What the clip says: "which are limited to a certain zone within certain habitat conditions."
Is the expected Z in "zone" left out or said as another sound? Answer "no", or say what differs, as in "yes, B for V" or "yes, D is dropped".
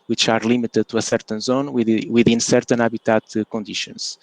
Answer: no